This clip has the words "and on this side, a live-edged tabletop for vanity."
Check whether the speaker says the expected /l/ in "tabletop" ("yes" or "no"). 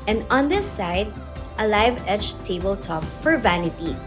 yes